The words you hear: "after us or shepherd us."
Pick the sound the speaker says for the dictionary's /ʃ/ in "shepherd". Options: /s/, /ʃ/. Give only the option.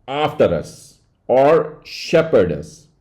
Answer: /ʃ/